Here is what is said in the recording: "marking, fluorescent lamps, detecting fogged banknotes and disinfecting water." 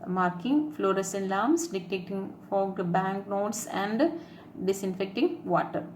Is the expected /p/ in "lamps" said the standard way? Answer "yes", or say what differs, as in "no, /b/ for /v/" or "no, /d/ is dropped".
no, /p/ is dropped